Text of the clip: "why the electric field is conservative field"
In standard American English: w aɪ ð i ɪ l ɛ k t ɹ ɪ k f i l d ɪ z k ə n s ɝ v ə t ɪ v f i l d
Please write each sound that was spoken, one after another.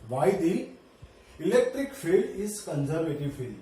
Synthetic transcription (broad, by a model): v aɪ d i ɪ l ɛ k t ɹ ɪ k f i l d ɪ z k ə n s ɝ v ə t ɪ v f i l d